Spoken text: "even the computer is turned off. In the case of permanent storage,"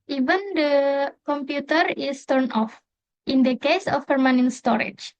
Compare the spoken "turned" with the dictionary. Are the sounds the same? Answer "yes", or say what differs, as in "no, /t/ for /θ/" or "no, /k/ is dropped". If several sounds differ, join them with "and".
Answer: no, /d/ is dropped